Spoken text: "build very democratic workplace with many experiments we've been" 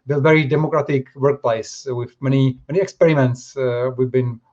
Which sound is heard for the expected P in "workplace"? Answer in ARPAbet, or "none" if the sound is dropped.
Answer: P